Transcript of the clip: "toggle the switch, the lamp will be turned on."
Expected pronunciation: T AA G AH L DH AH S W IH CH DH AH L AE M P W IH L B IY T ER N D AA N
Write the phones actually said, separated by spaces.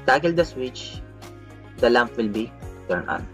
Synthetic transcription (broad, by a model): T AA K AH L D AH S W IH CH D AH L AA M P W IH L B IY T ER N AA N